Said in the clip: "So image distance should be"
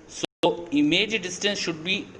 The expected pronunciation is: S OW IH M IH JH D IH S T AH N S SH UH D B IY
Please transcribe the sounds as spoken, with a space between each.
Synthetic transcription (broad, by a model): S OW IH M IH JH D IH S T AH N S SH UH D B IY